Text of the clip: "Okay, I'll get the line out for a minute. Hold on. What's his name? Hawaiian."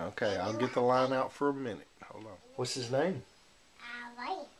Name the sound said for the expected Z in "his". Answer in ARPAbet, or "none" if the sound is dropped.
Z